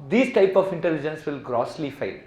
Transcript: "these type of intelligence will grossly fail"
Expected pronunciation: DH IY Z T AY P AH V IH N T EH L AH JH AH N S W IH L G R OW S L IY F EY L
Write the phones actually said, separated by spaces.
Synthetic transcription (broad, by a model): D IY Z T AY P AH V IH N T EH L AH JH AH N S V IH L G R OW S L IY F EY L